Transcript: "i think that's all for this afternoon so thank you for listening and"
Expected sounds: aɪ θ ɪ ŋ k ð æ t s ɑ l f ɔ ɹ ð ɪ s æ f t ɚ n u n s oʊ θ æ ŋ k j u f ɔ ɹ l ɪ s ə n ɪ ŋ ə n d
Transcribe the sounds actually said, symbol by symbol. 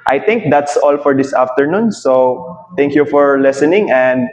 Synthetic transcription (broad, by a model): aɪ t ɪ ŋ k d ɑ t s ɑ l f ɔ ɹ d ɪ s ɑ f t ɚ n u n s oʊ t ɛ ŋ k j u f ɔ ɹ l ɪ s ə n ɪ ŋ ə n d